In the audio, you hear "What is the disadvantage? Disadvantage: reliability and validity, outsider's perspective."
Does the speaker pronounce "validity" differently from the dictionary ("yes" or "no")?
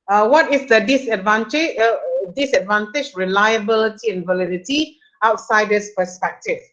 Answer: no